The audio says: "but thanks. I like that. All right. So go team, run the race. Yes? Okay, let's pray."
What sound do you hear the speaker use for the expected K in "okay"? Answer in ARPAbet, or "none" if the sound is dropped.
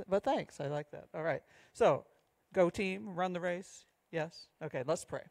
K